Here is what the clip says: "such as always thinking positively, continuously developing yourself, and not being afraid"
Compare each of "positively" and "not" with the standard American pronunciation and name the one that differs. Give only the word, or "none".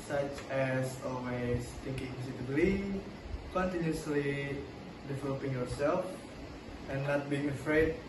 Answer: positively